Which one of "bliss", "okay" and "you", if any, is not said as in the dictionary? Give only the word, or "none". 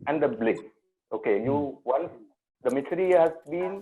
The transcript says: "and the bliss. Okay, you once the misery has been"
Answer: bliss